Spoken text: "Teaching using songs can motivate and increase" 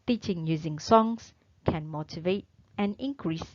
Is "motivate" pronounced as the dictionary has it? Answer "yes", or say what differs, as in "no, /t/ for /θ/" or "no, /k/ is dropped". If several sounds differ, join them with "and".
yes